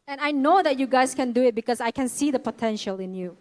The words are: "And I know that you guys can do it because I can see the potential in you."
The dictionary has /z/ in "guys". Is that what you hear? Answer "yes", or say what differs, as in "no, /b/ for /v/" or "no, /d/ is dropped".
no, /s/ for /z/